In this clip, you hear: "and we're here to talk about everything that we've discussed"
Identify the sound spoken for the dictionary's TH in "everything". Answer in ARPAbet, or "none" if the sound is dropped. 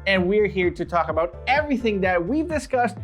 TH